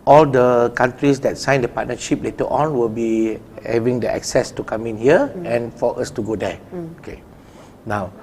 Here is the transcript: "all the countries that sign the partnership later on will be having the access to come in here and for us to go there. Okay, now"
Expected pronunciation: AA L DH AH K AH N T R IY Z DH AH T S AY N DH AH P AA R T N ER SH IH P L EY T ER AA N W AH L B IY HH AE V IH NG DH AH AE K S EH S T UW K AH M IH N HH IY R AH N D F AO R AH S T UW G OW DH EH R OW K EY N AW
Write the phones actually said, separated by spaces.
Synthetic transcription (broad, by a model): AA L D AH K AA N T R IY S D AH T S AY N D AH P AA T N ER SH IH P L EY T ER AA N W AH L B IY HH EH V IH NG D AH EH K S EH S T UW K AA M IH N HH IY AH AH N F AO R AH S T UW G OW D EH OW K EY N AW